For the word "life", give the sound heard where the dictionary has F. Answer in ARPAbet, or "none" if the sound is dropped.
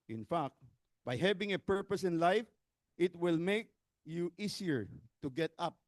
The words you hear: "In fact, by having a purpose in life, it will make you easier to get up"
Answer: F